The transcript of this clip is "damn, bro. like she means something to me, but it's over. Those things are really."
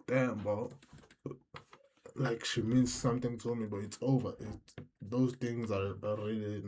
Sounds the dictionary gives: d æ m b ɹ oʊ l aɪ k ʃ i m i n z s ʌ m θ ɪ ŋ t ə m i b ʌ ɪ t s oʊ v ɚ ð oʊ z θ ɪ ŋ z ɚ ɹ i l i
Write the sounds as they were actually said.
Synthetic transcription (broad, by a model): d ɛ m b oʊ l aɪ k ʃ i m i n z s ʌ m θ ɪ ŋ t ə m i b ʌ ɪ t s oʊ v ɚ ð oʊ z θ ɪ ŋ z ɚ ɹ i l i